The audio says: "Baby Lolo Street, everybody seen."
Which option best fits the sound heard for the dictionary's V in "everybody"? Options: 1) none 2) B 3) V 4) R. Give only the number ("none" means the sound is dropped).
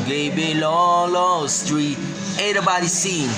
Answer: 1